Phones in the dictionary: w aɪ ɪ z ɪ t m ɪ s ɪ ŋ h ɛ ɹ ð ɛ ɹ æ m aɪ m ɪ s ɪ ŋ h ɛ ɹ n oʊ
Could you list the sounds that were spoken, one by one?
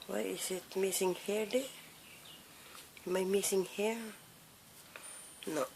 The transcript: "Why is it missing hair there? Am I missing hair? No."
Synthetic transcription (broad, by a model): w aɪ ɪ s ɪ t m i s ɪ ŋ h ɛ ɹ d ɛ m aɪ m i s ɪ ŋ h ɛ ɹ n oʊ